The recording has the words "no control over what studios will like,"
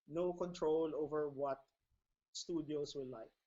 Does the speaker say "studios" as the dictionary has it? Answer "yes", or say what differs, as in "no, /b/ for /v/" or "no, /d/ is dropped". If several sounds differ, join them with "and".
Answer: no, /s/ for /z/